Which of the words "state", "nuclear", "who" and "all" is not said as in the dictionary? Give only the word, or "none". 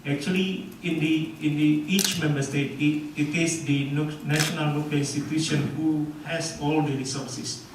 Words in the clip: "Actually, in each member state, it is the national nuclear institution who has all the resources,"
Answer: nuclear